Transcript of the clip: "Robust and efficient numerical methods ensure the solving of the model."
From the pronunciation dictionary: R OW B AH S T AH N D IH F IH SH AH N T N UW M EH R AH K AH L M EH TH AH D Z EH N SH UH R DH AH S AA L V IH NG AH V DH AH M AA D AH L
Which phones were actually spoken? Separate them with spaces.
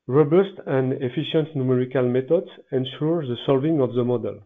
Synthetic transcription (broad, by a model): R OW B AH S T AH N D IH F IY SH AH N T N UW M EH R AH K AH L M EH T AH D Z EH N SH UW R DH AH S AA L V IH NG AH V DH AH M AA D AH L